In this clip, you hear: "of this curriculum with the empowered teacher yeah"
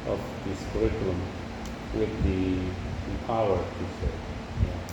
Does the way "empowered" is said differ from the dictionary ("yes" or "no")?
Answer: yes